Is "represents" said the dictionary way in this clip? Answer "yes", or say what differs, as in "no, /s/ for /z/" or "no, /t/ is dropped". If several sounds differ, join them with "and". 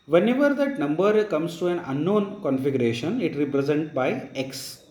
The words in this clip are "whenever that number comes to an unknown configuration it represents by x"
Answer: no, /s/ is dropped